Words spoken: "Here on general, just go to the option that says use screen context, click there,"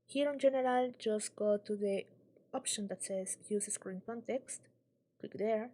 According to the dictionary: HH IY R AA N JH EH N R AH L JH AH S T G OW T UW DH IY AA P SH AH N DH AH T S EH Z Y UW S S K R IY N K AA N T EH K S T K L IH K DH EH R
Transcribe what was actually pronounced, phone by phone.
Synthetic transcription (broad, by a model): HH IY R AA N JH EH N R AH L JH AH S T G OW T UW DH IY AA P SH AH N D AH T S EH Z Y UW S S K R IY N K AA N T EH K S T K W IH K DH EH R